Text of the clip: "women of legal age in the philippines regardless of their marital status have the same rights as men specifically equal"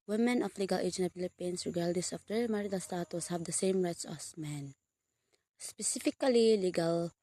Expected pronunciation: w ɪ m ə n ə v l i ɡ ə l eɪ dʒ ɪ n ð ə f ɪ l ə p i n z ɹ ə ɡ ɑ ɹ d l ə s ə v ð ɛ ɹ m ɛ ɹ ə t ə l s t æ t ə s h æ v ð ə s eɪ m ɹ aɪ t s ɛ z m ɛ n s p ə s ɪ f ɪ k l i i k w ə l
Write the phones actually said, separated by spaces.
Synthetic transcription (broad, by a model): w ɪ m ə n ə f l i ɡ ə l eɪ dʒ ɪ n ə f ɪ l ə p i n s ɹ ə ɡ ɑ l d ə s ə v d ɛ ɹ m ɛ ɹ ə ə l s t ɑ t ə s h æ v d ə s eɪ m ɹ aɪ t s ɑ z m ɛ n s p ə s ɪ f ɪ k l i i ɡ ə l